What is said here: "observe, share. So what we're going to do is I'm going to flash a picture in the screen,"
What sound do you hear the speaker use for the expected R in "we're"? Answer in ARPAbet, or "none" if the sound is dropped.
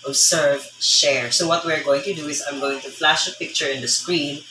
R